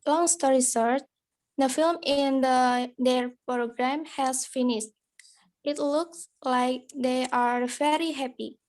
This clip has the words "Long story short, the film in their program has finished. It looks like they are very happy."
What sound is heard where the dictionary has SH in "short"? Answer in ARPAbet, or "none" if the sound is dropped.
S